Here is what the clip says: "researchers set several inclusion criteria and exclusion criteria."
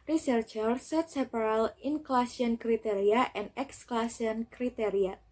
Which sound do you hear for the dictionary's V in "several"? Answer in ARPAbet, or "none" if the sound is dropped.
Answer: P